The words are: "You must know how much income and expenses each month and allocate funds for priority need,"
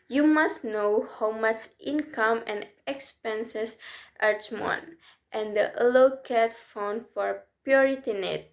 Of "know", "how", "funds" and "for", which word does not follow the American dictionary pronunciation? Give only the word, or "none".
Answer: funds